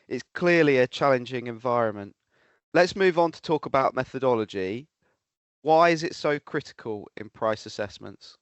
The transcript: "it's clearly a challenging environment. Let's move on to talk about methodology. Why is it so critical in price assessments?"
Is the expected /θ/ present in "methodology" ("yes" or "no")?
yes